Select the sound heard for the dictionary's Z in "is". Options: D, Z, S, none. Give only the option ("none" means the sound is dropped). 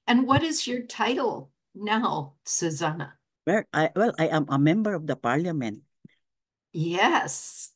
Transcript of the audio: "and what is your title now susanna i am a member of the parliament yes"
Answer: Z